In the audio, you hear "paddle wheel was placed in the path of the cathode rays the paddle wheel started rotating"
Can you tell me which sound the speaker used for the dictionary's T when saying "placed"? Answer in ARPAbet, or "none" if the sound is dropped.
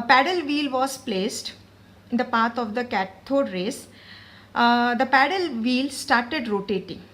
T